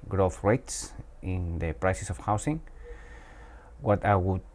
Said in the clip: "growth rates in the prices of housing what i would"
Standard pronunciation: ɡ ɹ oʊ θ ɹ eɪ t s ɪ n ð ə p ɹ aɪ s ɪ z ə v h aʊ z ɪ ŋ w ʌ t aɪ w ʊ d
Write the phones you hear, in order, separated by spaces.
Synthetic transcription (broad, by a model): ɡ ɹ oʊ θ ɹ eɪ t s ɪ n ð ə p ɹ aɪ s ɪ s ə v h aʊ s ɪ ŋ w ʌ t aɪ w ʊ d